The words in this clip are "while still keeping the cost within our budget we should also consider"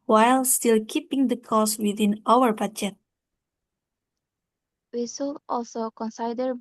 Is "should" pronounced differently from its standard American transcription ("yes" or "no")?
yes